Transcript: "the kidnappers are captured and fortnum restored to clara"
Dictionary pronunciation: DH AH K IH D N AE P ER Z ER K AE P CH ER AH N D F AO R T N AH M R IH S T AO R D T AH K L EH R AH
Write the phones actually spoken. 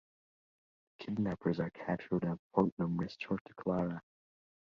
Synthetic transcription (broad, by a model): DH AH K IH D N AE P ER Z ER K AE CH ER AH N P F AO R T N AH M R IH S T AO R T AH K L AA R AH